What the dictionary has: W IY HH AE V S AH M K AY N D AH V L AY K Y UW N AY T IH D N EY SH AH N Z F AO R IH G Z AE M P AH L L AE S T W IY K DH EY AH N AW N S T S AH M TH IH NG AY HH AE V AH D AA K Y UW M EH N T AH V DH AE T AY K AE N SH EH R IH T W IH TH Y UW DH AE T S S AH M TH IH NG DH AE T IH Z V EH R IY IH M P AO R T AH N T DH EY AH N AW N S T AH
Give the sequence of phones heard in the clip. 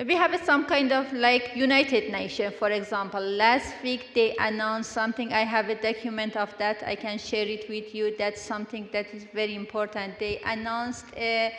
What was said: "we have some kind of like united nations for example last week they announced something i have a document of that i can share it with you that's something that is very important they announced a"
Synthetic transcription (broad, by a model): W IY HH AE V S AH M K AY N D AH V L AY K Y UW N AY T IH D N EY SH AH N F AO R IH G Z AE M P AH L L AE S T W IY K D EY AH N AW N S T S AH M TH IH NG AY HH AE V AH D AA K Y UW M EH N T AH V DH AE T AY K AE N SH EH R IH T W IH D Y UW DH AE T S S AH M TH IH NG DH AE T IH Z V EH R IY IH M P AO R T AH N T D EY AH N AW N S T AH